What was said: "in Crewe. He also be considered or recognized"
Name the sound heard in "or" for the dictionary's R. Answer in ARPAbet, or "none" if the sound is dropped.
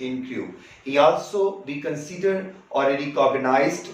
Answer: L